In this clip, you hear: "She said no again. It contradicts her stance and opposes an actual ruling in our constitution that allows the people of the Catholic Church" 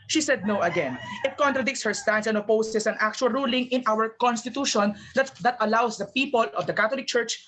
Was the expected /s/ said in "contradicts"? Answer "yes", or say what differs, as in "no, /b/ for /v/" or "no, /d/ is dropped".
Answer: yes